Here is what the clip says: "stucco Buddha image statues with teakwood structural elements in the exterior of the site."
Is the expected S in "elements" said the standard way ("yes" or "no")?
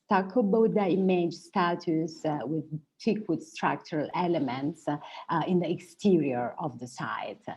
yes